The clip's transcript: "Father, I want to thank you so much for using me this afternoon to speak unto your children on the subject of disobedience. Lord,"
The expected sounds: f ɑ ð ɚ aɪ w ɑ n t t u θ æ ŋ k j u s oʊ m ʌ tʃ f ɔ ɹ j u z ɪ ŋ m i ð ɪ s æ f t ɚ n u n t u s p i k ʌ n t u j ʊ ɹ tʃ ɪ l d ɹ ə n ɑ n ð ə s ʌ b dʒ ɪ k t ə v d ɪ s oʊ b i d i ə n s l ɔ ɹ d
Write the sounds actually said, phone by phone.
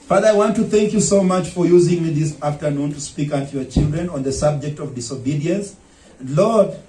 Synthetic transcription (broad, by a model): f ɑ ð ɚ aɪ w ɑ n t t u θ æ ŋ k j u s oʊ m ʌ tʃ f ɔ ɹ j u z ɪ ŋ m i ð ɪ s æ f t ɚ n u n t u s p i k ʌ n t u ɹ tʃ ɪ l d ɹ ə n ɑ n ð ə s ʌ b dʒ ɪ k t ə v d ɪ s oʊ b i d i ə n s l ɔ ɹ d